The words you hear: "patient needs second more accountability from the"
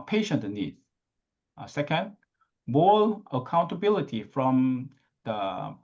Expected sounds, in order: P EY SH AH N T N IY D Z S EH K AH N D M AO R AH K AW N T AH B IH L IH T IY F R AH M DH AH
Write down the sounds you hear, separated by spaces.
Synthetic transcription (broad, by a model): P EY SH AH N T N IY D S EH K AH N D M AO L AH K AW N T AH B IH L IH T IY F R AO M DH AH